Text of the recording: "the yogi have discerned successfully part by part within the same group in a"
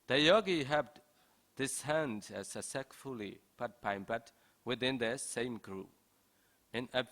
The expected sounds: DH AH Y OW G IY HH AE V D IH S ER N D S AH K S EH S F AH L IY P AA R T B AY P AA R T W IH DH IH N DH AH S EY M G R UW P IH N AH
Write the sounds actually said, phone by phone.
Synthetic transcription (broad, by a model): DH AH Y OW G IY HH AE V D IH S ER N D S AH S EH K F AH L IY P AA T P AY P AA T W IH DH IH N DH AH S EY M G R UW P IH N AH